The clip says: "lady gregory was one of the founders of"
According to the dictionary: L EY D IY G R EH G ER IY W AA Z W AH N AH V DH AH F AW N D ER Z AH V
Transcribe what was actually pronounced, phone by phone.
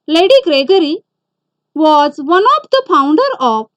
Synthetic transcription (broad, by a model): L EY D IY G R EH G ER IY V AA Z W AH N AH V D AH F AW N D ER AH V